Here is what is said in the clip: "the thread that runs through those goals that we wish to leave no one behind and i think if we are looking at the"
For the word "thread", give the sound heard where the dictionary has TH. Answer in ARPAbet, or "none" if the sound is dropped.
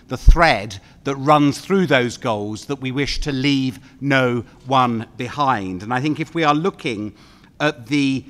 TH